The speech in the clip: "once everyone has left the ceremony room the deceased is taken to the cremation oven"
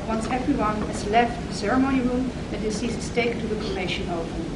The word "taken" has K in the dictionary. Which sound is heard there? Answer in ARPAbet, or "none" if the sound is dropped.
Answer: none